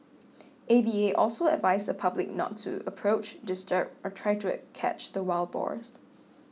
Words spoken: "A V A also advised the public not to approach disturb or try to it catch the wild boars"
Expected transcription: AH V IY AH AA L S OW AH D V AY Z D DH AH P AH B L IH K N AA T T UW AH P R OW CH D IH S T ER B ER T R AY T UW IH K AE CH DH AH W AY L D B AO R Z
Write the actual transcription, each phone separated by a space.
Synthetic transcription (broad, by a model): AH B IY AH AA L S OW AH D V AY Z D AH P AH B L IH K N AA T T UW AH P R OW CH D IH S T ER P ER T R AY T UW K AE CH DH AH W AY L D B AO R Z